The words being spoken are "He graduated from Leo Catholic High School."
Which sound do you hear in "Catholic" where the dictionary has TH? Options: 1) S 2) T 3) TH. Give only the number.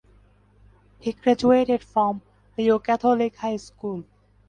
2